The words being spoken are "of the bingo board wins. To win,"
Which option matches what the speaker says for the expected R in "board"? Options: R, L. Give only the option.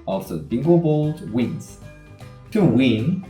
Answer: L